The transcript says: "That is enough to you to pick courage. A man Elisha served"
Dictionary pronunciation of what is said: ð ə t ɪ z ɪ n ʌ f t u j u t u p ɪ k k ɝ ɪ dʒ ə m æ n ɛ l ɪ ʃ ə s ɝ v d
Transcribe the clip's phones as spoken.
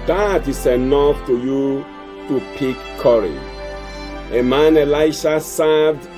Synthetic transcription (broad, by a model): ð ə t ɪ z ɪ n ʌ f t u j u t u p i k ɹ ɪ ə m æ n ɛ l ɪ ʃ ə s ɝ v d